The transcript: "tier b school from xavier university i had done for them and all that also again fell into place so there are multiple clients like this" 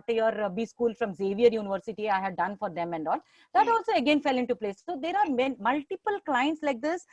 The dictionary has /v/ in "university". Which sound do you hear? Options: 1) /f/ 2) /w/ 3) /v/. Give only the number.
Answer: 3